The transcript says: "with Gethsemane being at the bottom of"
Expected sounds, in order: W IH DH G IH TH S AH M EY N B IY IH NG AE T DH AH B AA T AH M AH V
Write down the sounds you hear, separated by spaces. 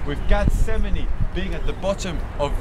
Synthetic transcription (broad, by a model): W IH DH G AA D S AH M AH N B IY IH NG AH T DH AH B AA T AH M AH V